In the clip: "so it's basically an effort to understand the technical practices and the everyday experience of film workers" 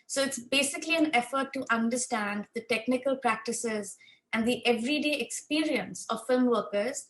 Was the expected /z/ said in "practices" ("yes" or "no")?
yes